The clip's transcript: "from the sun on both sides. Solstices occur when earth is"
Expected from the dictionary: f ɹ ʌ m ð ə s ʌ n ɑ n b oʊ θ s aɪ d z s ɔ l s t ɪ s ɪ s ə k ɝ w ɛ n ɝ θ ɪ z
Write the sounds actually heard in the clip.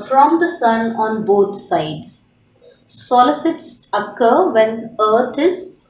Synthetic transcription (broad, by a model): f ɹ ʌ m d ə s ʌ n ɑ n b oʊ t s aɪ d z s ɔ l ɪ s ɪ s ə k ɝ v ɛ n ɝ t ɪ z